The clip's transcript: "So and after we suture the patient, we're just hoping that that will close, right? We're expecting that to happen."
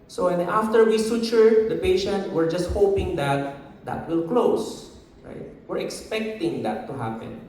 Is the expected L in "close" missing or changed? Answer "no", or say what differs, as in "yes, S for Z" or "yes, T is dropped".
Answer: no